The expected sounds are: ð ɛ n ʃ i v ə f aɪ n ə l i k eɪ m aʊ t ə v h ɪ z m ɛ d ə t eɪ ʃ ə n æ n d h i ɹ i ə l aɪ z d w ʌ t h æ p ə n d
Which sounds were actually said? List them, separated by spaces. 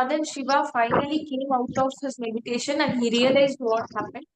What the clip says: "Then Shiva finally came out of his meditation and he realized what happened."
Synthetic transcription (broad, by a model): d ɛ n ʃ i v ə f aɪ n ə l i k eɪ m aʊ t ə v h ɪ z m ɛ d ə t eɪ ʃ ə n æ n h i ɹ i ə l aɪ z d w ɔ t h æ p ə n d